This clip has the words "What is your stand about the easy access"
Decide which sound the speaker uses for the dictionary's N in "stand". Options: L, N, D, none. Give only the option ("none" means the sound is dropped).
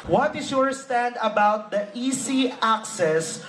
N